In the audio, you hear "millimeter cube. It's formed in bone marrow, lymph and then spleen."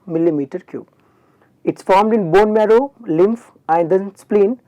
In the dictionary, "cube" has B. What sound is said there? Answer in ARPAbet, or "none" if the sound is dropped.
none